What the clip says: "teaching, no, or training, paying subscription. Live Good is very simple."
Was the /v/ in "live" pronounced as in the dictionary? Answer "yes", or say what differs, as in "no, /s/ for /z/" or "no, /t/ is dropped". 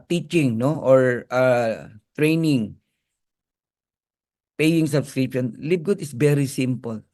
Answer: no, /b/ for /v/